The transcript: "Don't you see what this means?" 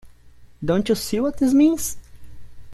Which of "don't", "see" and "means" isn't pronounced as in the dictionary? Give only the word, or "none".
means